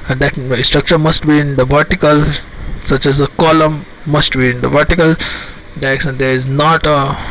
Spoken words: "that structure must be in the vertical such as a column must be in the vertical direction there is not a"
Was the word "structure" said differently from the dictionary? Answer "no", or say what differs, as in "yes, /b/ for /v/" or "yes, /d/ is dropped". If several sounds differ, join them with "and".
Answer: no